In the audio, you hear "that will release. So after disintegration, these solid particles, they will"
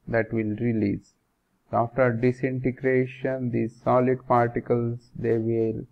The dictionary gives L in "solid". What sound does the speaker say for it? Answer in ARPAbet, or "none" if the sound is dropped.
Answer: L